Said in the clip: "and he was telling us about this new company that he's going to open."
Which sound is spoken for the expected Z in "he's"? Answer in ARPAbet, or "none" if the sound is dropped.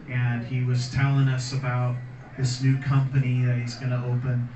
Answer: Z